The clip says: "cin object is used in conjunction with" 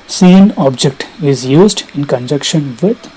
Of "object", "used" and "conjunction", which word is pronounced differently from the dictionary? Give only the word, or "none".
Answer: conjunction